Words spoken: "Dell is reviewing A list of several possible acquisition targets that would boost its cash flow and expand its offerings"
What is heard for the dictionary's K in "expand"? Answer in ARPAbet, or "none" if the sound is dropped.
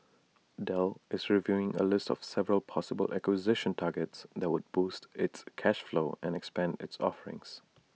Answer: K